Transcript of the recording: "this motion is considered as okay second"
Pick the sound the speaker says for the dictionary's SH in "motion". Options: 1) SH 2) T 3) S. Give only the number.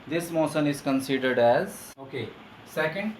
3